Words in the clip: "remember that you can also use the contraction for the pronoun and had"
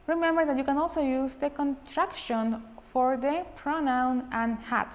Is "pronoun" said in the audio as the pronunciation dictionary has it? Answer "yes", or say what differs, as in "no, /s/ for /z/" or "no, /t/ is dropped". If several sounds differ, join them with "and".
yes